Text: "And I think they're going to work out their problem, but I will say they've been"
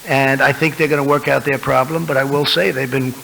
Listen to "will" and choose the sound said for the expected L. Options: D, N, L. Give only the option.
L